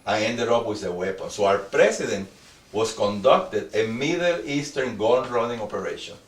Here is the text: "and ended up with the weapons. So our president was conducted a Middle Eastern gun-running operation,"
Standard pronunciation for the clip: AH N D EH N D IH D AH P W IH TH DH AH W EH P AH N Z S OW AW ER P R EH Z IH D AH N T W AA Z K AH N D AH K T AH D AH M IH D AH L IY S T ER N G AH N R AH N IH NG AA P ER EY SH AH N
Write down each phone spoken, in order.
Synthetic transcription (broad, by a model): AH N EH N D IH D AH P W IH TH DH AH W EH P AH N S OW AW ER P R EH S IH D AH N T W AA S K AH N D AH K T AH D AH M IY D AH L IY S T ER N G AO L R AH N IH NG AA P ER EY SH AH N